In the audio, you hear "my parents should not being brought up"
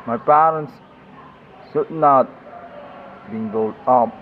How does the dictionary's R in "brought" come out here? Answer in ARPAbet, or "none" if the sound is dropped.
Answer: none